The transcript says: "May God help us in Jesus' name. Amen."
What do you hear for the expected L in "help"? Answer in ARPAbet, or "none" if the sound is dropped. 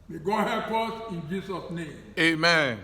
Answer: none